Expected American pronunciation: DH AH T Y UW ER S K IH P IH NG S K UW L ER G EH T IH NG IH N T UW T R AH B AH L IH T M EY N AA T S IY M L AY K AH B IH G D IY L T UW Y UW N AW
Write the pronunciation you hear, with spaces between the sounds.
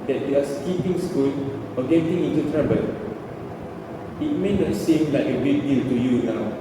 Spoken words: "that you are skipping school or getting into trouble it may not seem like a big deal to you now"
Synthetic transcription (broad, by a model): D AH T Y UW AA S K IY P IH NG S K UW N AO G EH T IH NG IH N T UW T R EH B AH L IH T M EY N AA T S IY M L AY K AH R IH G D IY L T UW Y UW N AW